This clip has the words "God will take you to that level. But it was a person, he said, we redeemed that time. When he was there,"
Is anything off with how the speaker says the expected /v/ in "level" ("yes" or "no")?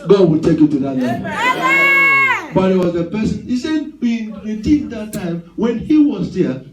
yes